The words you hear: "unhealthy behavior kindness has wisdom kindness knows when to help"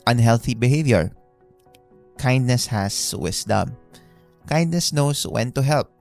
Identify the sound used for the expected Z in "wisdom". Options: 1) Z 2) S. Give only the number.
2